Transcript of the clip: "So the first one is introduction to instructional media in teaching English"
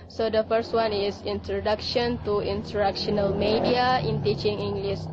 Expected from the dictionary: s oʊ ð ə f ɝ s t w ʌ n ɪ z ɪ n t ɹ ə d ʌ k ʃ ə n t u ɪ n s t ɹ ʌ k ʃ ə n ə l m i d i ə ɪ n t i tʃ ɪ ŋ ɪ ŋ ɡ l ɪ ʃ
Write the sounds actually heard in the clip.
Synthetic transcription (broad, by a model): s oʊ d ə f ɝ s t w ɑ n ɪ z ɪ n t ɹ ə d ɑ k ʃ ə n t u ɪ n t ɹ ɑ k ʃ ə n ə l m i d i ə ɪ n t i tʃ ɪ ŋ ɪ ŋ ɡ l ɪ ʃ